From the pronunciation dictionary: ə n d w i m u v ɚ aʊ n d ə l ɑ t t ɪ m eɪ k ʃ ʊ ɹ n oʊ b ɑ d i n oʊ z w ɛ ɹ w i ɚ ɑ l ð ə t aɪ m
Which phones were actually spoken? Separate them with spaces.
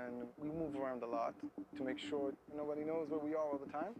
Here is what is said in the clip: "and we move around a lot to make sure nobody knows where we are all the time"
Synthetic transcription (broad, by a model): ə n w i m u v ɚ aʊ n d ə l ɑ t t ɪ m eɪ k ʃ ʊ ɹ n oʊ b ɑ d i n oʊ z w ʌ ɹ w i ɚ ɑ l ð ə t aɪ m